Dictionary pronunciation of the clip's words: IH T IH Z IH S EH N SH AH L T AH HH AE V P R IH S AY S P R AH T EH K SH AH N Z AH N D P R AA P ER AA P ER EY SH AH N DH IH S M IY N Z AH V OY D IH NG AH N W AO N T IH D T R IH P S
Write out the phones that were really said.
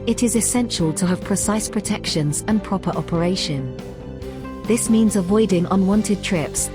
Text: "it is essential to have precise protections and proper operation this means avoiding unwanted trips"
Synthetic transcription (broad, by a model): IH T IH Z IH S EH N SH AH L T AH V P R IH S AY S P R AH T EH K SH AH N Z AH N P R AA P ER AA P ER EY SH AH N DH IH S M IY N Z AH V OY D IH NG AH N W AO N T IH D T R IH P S